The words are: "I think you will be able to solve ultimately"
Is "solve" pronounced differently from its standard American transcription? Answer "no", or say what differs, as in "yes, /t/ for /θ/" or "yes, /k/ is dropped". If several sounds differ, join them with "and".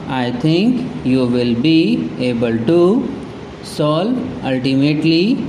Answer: yes, /v/ is dropped